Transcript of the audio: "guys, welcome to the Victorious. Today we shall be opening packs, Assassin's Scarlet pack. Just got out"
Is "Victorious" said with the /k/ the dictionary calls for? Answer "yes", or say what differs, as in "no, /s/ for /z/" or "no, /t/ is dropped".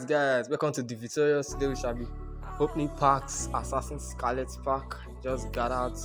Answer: no, /k/ is dropped